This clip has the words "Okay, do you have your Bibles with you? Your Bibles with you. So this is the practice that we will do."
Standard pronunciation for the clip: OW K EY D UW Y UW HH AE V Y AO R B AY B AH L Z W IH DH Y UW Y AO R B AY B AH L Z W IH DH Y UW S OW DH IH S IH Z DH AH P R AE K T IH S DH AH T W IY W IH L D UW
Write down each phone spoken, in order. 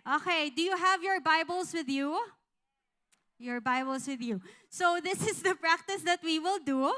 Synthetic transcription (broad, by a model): OW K EY D UW Y UW HH AE V Y AO R B AY B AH L S W IH DH Y UW Y AO R B AY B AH L S W IH DH Y UW S OW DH IH S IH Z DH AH P R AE K T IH S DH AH T W IY W IH L D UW